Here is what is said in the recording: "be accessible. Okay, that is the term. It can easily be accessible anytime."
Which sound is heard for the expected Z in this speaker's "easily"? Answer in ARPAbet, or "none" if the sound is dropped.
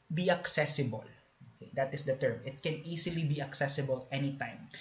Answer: S